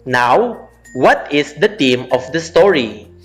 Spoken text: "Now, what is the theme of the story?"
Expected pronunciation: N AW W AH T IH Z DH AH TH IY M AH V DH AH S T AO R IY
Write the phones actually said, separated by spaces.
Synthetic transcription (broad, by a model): N AW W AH T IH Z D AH T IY M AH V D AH S T AO R IY